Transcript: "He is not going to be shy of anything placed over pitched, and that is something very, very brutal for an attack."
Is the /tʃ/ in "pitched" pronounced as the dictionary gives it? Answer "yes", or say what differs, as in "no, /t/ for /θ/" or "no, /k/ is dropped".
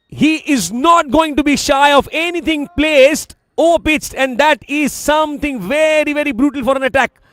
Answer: no, /s/ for /tʃ/